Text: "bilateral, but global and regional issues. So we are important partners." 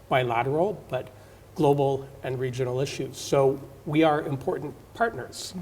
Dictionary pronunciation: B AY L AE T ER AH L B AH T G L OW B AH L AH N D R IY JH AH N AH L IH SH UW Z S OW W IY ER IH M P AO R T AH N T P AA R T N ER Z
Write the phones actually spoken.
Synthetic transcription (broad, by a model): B AY L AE T ER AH L B AH T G L OW B L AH N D R IY JH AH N L IH SH UW Z S OW W IY ER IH M P AO R T N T P AA R T N ER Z